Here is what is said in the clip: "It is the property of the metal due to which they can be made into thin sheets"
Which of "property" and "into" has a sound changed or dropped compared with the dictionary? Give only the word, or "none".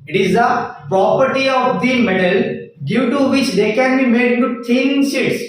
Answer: into